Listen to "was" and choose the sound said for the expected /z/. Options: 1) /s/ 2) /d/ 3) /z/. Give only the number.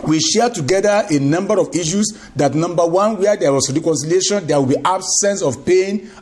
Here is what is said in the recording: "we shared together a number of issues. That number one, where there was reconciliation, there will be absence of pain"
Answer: 1